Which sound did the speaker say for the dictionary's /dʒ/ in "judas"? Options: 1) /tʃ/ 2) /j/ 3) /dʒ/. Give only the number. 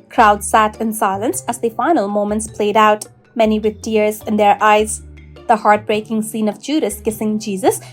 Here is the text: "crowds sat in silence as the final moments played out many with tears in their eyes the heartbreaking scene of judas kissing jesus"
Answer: 3